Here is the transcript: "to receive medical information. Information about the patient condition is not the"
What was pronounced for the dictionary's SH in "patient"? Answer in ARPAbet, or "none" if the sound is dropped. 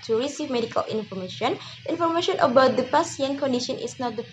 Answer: S